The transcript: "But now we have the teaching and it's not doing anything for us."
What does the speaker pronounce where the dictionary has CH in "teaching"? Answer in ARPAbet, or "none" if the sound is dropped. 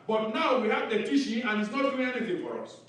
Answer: SH